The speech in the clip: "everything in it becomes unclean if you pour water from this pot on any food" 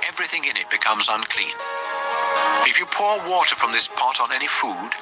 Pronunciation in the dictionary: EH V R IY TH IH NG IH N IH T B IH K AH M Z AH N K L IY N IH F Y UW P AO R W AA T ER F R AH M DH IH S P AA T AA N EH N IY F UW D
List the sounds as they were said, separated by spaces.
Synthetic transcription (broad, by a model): EH V R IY TH IH NG IH N IH T B IH K AH M Z AH N K L IY N IH F Y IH P AO R W AA T ER F R AH M DH IH S P AA T N EH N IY F UW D